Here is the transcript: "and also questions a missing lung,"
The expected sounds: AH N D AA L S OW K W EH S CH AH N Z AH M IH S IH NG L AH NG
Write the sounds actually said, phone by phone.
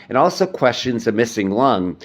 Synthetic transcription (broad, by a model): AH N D AA L S OW K W EH S CH AH N Z AH M IH S IH NG L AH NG